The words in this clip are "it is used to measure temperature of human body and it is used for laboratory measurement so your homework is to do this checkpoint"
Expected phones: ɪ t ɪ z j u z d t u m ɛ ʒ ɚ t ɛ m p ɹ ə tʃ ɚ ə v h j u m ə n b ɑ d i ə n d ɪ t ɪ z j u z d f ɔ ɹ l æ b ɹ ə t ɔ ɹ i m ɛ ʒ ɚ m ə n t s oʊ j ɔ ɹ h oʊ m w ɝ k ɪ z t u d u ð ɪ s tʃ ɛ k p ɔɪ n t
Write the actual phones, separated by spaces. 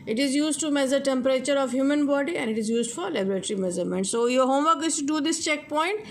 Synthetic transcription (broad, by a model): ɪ t ɪ z j u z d t u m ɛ z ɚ t ɛ m p ɹ ə tʃ ɚ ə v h j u m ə n b ɑ d i ə n d ɪ t ɪ z j u z d f ɔ ɹ l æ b ɹ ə t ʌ ɹ i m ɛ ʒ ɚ m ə n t s oʊ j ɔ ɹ h oʊ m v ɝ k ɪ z t u d u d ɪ s tʃ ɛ k p ɔɪ n t